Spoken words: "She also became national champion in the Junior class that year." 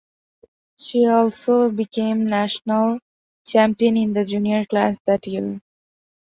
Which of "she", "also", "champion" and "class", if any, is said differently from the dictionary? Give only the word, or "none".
none